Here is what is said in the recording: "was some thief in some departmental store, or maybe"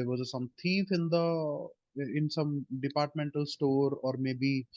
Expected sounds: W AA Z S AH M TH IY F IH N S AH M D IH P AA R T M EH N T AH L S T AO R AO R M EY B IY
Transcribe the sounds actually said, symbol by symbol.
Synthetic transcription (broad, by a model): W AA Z S AH M T IY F IH N S AH M D IH P AA R T M EH N T AH L S T AO R AO R M EY B IY